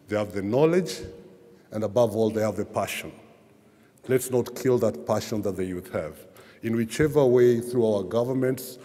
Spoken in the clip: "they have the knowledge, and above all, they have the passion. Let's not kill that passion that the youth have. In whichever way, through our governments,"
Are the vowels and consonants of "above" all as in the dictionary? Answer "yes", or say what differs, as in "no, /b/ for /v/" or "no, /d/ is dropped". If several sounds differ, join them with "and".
yes